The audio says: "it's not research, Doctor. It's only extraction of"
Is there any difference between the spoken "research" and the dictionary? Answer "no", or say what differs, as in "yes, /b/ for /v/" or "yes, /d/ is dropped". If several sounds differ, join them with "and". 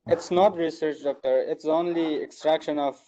no